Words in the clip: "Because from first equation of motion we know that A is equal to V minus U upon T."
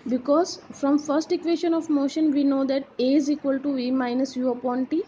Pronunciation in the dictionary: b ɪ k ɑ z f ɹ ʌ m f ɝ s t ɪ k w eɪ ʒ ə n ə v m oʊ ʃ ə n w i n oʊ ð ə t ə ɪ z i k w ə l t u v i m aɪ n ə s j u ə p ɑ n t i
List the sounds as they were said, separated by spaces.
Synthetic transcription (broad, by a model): b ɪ k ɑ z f ɹ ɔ m f ɝ s t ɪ k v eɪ ʃ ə n ə v m oʊ ʃ ə n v i n oʊ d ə t ə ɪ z i k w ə l t u v i m aɪ n ə s j u ə p ɑ n t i